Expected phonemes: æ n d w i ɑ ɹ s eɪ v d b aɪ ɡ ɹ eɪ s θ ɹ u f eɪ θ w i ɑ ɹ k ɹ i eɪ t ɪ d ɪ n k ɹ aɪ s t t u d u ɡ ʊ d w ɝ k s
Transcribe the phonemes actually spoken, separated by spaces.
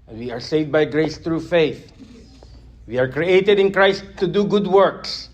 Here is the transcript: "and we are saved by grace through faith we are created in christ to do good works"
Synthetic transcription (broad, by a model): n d w i ɑ ɹ s eɪ v d b aɪ ɡ ɹ eɪ s t ɹ u f eɪ θ w i ɑ ɹ k ɹ i eɪ t ɪ d ɪ n k ɹ aɪ s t t u d u ɡ ʊ d w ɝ k s